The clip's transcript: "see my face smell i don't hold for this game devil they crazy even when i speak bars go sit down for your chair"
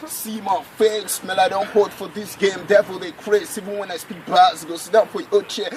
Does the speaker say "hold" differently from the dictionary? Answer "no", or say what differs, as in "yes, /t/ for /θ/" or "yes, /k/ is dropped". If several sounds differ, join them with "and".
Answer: yes, /l/ is dropped